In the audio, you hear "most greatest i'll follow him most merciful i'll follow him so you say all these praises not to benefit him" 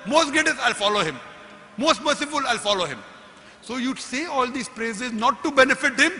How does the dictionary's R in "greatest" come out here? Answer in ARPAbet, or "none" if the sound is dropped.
none